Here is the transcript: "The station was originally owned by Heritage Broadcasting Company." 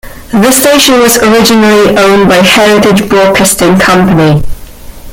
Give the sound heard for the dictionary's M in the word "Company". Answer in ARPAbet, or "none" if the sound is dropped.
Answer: M